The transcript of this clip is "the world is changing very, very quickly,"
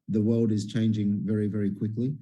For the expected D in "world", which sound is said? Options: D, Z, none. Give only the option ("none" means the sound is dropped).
D